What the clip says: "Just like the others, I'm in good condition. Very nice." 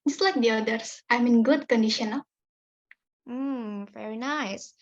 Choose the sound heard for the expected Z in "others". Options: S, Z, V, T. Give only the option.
S